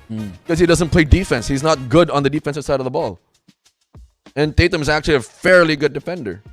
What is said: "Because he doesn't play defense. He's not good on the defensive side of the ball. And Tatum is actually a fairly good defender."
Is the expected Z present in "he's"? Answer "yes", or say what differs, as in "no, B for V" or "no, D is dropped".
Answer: yes